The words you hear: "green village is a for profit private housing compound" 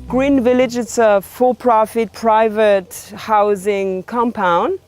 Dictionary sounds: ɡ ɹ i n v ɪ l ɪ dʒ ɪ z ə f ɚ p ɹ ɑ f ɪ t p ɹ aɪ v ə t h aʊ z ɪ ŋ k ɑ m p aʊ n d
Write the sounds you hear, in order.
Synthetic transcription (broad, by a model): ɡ ɹ i n v ɪ l ɪ dʒ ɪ s ə f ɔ p ɹ ɑ f ɪ t p ɹ aɪ v ə t h aʊ z ɪ ŋ k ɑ m p aʊ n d